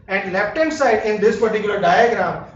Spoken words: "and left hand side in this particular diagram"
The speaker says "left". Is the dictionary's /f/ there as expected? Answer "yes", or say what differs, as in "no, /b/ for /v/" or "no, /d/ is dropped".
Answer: no, /p/ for /f/